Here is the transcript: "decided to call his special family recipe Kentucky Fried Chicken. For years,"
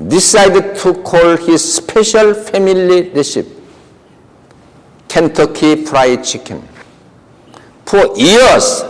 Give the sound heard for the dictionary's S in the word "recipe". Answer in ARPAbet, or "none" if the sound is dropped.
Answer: SH